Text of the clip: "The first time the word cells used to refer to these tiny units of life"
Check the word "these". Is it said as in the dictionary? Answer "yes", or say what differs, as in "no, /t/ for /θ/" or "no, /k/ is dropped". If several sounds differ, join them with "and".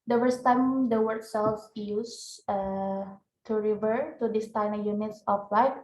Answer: no, /s/ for /z/